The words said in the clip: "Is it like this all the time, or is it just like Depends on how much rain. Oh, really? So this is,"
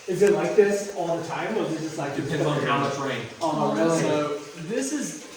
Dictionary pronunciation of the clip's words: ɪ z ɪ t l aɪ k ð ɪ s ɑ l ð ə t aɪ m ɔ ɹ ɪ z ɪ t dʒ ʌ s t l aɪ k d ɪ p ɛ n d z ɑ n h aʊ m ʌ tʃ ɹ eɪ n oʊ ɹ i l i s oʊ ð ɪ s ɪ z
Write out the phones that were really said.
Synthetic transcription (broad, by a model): ɪ z ɪ t l aɪ k ð ɪ s ɑ l ð ə t aɪ m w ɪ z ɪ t dʒ ʌ s t l aɪ k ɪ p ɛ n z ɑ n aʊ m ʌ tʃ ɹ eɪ ɪ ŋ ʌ i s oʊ ð ɪ s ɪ z